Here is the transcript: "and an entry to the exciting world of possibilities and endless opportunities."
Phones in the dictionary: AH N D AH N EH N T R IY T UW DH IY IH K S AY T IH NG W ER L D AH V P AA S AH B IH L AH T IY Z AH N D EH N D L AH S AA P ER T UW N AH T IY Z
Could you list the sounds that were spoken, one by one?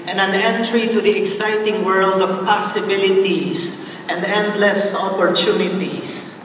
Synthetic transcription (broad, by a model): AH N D AH N EH N T R IY T UW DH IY IH K S AY T IH NG W ER L D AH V P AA S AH B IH L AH T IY S AH N D EH N D L AH S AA P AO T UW N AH T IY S